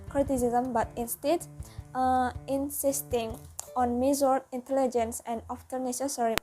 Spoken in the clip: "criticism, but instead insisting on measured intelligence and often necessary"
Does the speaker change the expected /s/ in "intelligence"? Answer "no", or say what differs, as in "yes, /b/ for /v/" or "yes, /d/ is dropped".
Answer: no